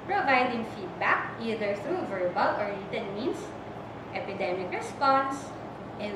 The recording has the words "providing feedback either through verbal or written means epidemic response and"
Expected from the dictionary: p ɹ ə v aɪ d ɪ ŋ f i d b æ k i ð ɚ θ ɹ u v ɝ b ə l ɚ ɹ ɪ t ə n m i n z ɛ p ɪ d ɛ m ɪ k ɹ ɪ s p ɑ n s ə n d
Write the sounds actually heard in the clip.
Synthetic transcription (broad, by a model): p ɹ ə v aɪ d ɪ ŋ f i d b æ k i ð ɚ θ ɹ u v ɝ b ə l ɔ ɹ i t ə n m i n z ɛ p ɪ d ɛ m ɪ k ɹ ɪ s p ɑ n s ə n